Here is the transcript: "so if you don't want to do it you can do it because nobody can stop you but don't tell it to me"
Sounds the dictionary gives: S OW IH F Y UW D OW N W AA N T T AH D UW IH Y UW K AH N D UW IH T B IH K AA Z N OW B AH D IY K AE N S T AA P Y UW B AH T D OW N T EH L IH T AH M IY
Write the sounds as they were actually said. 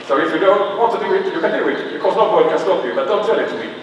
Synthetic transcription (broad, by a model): S OW IH F Y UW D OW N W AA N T T AH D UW IH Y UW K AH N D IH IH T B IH K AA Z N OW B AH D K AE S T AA F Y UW B AH T D OW N T EH L IH T AH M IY